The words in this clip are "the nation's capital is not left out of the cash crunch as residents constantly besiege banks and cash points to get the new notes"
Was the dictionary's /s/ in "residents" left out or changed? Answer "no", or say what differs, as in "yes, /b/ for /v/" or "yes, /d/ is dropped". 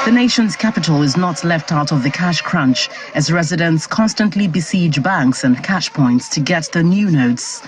no